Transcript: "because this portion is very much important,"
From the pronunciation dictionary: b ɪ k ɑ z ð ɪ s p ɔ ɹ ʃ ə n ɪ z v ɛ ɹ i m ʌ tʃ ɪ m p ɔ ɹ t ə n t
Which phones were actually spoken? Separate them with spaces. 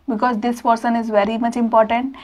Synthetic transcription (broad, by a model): b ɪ k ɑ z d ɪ s p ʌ ɹ s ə n ɪ z v ɛ ɹ i m ʌ tʃ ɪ m p ɔ ɹ t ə n t